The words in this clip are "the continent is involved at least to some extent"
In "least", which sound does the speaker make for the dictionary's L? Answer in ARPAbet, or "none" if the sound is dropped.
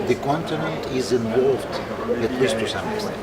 W